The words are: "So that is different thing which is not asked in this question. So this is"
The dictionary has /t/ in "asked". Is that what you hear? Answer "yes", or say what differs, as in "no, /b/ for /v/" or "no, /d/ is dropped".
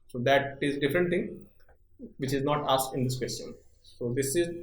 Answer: no, /t/ is dropped